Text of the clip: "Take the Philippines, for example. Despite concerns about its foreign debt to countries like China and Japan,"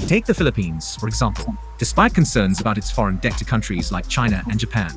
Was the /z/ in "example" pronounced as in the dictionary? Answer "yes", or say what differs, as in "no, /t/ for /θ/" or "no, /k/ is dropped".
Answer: yes